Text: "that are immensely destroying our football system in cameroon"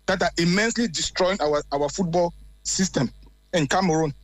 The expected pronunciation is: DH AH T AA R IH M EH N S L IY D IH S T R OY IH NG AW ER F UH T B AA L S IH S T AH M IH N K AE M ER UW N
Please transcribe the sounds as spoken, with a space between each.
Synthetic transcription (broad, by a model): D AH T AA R IH M EH N S L IY D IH S T R OY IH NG AW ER F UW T B AA L S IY S T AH M IH N K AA M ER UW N